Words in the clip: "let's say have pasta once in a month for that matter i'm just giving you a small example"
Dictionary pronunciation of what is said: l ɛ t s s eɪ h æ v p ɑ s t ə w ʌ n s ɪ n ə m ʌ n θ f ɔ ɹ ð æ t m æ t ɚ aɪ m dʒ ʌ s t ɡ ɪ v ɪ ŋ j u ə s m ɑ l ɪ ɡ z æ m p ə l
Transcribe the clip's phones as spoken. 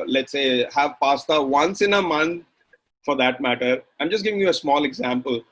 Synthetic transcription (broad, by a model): l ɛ t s s eɪ h æ v p ɑ s t ə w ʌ n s ɪ n ə m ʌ n t f ɔ ɹ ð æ t m æ t ɚ aɪ m dʒ ʌ s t ɡ ɪ v ɪ ŋ j u ə s m ɑ l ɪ ɡ z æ m p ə l